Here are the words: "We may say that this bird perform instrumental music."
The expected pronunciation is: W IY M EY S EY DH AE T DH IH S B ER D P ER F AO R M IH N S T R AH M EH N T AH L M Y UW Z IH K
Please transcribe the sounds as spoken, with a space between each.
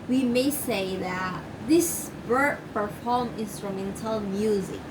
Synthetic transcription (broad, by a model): W IY M EY S EY DH AE T DH IH S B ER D P ER F AO R M IH N S T R AH M EH N T AH L M Y UW Z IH K